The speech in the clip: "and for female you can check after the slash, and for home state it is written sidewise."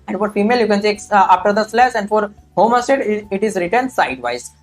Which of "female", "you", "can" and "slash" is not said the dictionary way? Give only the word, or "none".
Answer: slash